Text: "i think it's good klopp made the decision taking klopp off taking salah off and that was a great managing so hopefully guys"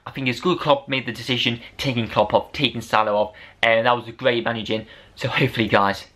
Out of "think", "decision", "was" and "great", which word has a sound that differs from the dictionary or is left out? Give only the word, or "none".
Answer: none